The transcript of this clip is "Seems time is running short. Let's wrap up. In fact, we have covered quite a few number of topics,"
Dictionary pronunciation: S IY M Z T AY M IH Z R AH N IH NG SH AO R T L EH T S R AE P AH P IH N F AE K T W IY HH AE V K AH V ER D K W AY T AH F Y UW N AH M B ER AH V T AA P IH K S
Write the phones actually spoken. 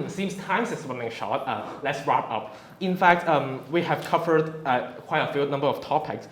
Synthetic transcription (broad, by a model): S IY M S T AY M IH S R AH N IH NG SH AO T L EH T S R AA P AH P IH N F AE K T W IY HH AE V K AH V ER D K W AY T AH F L N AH M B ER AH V T AA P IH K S